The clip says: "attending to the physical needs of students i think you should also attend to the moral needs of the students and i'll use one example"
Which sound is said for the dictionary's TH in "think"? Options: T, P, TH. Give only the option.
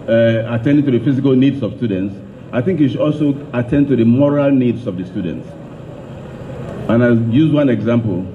TH